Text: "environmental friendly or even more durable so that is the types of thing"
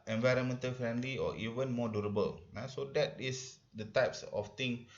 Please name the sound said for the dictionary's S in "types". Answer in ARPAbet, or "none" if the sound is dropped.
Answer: S